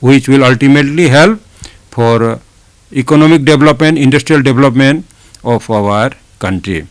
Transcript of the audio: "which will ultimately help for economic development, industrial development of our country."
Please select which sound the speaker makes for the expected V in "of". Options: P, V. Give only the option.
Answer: P